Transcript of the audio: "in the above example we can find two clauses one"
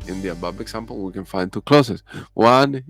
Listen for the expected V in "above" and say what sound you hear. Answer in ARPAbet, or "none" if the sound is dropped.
B